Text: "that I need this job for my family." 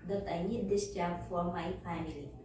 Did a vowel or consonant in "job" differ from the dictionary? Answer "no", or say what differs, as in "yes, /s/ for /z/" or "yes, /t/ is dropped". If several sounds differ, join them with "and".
yes, /tʃ/ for /dʒ/